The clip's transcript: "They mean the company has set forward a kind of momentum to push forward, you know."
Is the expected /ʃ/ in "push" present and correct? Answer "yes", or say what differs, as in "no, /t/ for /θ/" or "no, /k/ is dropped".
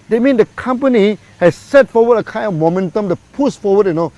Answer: no, /s/ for /ʃ/